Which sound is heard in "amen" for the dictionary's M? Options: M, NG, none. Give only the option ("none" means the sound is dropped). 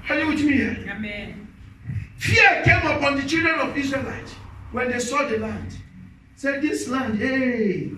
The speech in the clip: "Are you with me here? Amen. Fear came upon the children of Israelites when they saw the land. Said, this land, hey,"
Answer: none